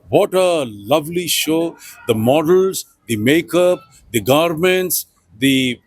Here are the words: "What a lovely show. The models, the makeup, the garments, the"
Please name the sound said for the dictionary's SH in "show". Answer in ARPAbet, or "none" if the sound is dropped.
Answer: SH